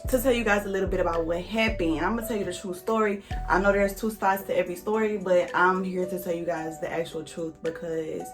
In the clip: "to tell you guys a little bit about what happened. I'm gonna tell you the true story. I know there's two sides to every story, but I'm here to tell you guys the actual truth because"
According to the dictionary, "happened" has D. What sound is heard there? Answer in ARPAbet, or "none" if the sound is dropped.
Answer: none